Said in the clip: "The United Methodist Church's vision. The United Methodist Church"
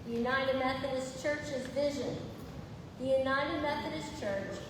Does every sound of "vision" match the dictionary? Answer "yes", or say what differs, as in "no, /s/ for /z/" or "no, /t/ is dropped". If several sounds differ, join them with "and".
yes